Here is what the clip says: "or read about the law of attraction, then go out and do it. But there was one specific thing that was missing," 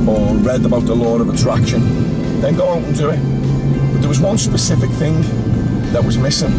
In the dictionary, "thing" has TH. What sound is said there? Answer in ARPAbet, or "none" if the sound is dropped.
TH